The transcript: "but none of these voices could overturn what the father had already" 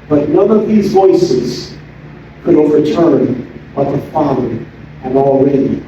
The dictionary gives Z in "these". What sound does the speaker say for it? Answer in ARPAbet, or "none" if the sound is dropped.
Z